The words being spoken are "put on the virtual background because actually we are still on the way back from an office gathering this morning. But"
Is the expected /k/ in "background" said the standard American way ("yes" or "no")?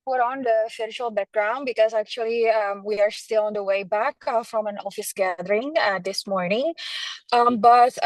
yes